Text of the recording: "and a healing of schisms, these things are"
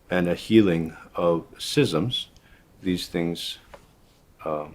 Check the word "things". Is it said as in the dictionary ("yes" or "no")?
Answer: yes